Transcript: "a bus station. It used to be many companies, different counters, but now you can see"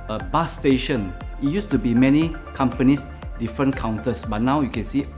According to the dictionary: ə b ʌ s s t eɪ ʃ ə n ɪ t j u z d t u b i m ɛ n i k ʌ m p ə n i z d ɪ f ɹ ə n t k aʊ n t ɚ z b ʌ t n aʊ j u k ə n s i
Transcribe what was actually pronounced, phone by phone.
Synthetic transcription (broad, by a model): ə b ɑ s s t eɪ ʃ ə n ɪ t j u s t u b i m ɛ n i k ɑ m p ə n i s d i f ɹ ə n k aʊ n t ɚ s b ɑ t n aʊ j u k ə n s i